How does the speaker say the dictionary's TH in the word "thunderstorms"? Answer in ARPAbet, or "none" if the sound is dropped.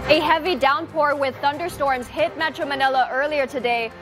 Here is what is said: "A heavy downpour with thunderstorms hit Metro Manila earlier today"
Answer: TH